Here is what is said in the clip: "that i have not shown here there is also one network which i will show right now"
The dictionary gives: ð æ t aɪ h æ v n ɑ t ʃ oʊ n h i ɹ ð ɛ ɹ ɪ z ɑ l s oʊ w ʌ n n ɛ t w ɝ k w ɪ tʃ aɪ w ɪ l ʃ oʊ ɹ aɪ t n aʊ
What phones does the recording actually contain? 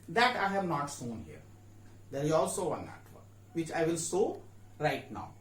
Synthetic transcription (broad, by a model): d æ t aɪ h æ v n ɑ t s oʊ n h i ɹ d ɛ ɹ ɪ z ɑ l s oʊ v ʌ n n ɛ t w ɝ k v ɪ tʃ aɪ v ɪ l s oʊ ɹ aɪ t n aʊ